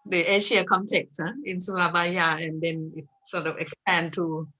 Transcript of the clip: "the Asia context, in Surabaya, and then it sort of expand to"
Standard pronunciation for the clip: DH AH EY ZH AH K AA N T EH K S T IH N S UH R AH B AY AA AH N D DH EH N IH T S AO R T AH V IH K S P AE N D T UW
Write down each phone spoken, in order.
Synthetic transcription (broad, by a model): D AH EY SH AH K AA N T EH K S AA IH N S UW L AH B AY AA AH N D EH N IH T S AO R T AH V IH K S P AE N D T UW